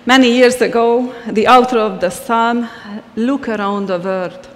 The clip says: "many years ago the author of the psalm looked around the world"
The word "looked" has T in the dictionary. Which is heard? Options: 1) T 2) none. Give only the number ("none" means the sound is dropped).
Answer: 2